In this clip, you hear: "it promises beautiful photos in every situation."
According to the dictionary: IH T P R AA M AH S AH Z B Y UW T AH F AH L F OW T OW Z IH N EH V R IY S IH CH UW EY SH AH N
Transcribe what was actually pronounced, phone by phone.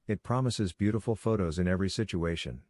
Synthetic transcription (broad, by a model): IH T P R AA M AH S AH Z B Y UW T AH F L F OW T OW Z IH N EH V R IY S IH CH UW EY SH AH N